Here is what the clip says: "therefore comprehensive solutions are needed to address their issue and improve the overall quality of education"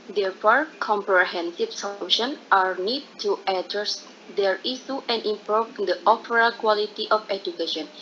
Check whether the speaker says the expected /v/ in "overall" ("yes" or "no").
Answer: no